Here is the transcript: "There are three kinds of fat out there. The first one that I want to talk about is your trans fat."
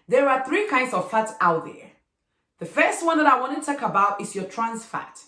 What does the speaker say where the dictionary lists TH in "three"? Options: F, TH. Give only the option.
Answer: TH